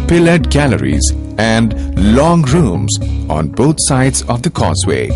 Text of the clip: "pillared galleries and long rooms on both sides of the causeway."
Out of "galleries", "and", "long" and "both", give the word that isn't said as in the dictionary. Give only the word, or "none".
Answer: both